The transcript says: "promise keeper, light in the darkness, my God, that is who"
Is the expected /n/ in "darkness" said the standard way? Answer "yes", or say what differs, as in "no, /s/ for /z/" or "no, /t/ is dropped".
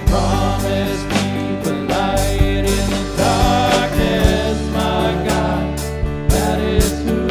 no, /n/ is dropped